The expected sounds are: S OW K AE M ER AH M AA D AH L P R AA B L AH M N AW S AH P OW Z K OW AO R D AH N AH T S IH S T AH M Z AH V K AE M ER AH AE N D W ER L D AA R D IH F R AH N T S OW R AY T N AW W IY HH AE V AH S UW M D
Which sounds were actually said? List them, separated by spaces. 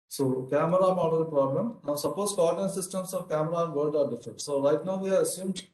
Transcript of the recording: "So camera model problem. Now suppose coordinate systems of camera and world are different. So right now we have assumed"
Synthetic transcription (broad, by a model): S OW K AE M ER AH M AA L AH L P R AA B L AH M N AW S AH P OW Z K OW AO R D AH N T S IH S T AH M S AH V K AE M ER AH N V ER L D AA R D IH F R AH N T S OW L AY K N AW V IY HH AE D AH S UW M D